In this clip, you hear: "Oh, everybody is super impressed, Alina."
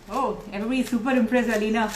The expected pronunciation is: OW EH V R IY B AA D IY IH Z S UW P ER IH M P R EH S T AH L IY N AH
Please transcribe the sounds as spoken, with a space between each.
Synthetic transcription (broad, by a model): OW EH V R IY B AA D IY S UW P ER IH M P R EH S AH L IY N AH